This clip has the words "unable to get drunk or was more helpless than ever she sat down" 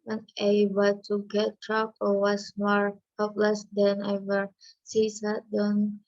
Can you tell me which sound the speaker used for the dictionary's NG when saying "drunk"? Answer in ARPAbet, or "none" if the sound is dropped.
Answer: none